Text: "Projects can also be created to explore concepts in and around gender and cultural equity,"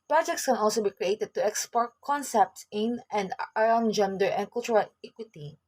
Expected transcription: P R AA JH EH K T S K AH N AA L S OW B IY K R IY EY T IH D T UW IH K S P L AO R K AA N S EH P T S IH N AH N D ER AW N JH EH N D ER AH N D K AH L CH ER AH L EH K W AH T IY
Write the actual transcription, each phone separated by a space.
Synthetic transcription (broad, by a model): P R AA JH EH K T S K AH N AA L S OW B IY K R IY EY T IH D T UW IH K S P AO R K AA N S EH P T S IH N AH N D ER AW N JH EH N D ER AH N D K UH L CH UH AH L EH K W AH T IY